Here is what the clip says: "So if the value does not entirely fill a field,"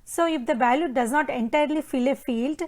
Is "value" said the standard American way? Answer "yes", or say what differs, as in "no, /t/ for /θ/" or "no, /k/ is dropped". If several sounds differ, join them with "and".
no, /b/ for /v/